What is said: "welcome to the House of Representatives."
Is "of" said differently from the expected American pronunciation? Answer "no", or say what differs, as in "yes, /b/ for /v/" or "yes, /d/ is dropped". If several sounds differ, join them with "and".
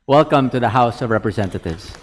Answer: no